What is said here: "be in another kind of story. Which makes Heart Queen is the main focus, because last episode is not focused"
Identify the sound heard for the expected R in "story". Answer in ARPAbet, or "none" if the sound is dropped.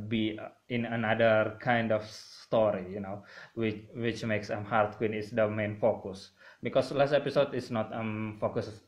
W